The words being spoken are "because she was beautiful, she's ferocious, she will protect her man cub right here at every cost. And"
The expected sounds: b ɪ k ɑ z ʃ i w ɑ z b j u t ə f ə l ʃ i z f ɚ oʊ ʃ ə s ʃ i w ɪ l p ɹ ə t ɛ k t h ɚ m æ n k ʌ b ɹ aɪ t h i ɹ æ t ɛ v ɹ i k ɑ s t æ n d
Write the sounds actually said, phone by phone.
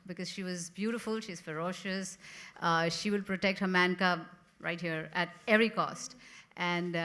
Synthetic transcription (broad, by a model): b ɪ k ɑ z ʃ i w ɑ z b j u t ə f ə l ʃ i z f ɚ oʊ ʃ ə s ʃ i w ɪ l p ɹ ə t ɛ k t h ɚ m æ n k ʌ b ɹ aɪ t h i ɹ æ t ɛ v ɹ i k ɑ s t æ n d